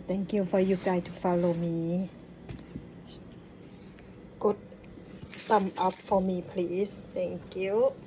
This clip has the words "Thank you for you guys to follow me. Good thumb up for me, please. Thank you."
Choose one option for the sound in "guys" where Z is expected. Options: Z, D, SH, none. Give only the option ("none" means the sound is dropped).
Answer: none